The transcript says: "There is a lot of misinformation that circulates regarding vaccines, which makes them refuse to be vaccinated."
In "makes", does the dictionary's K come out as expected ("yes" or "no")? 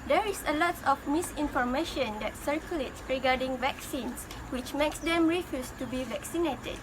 yes